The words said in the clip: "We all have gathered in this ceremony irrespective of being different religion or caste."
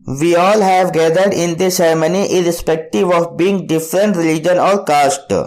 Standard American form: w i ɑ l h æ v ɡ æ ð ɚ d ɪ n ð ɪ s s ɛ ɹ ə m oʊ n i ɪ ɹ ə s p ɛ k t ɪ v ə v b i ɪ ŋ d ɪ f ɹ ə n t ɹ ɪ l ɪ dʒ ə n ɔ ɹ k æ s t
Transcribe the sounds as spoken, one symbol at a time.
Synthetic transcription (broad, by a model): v i ɑ l h æ v ɡ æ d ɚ d ɪ n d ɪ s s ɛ ɹ m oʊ n i ɪ ɹ ə s p ɛ k t ɪ v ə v b i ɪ ŋ d ɪ f ɹ ə n t ɹ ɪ l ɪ dʒ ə n ɔ ɹ k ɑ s t